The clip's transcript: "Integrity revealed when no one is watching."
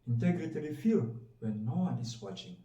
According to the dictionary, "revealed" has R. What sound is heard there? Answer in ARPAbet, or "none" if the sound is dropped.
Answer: L